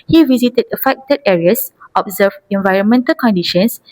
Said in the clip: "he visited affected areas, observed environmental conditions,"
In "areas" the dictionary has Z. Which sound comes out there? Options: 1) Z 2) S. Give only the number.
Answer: 2